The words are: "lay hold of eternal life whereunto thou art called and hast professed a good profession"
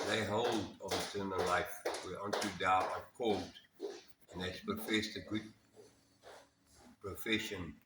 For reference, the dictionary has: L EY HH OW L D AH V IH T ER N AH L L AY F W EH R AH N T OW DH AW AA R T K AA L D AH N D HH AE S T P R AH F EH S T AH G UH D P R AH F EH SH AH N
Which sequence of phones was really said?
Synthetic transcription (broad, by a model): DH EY HH OW L D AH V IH T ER N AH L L AY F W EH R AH N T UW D AW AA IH K AA L D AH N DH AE T P R AH F EH S T AH G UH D P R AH F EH SH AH N